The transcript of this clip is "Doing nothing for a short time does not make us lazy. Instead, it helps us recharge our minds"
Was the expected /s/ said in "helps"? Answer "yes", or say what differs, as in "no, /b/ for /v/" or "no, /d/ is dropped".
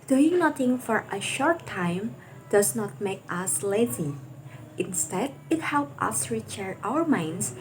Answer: no, /s/ is dropped